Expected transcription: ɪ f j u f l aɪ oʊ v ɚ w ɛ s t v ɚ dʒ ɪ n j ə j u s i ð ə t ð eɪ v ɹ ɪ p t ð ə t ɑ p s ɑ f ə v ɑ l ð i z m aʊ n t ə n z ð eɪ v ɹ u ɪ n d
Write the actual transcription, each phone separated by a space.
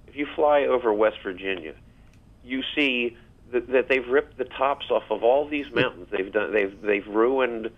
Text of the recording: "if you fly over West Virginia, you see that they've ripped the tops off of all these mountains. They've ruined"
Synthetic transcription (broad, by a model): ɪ f j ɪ f l aɪ oʊ v ɚ w ɛ s t v ɚ dʒ ɪ n j ə j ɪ s i ð ə t ð eɪ v ɹ ɪ p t ð ə t ɑ p s ɑ f ə v ɑ l ð i z m aʊ n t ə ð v ð eɪ v ɹ u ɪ n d